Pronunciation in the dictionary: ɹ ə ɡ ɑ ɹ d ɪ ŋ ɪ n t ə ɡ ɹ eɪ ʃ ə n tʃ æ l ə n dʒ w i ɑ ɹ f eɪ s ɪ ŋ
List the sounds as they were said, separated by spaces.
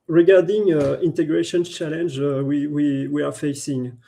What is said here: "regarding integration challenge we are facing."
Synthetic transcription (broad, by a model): ɹ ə ɡ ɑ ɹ d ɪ ŋ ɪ n t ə ɡ ɹ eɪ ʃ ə n tʃ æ l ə n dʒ w i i w f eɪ s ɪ ŋ